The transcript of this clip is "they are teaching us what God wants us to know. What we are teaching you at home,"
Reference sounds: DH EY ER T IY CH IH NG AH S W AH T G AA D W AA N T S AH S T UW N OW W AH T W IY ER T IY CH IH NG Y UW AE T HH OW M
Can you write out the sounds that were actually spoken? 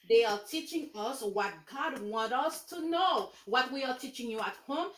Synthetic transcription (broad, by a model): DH EY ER T IY CH IH NG AH S W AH T G AA D W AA N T AH S T UW N OW W AH T W IY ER T IY CH IH NG Y UW AE T HH OW M